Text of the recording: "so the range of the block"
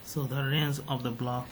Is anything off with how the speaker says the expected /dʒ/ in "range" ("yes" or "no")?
yes